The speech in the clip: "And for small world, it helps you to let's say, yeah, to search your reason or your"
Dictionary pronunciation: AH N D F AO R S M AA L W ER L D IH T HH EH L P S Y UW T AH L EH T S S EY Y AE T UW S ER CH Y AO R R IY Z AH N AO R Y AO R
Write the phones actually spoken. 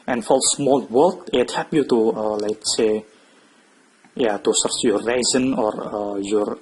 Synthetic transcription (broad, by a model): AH N F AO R S M AA L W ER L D IH T HH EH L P Y UW T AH L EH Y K S EY Y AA T UW S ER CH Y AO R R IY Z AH N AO R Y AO R